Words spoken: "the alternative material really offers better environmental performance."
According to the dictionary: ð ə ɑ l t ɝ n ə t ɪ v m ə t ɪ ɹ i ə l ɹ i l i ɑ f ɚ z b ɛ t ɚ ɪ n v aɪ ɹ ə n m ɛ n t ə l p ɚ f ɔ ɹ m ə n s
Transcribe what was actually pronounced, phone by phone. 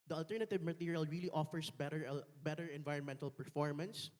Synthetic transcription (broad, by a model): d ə ɑ l t ɝ n ə t ɪ v m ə t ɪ ɹ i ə l ɹ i l i ɑ f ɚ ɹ b ɛ t ɚ ɪ n v aɪ ɹ ə n m ɛ n t ə l p ɚ f ɔ ɹ m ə n s